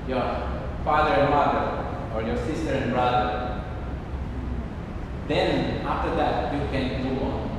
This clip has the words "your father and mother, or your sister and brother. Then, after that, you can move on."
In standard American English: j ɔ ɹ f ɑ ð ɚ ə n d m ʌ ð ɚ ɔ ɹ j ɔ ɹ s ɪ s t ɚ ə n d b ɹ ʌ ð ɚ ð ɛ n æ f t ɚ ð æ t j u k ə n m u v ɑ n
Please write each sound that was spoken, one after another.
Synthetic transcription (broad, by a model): j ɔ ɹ f ɑ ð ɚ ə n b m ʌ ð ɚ ɔ ɹ j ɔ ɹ s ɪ s t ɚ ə n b ɹ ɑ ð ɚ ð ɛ n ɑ f t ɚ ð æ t j u k ə n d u w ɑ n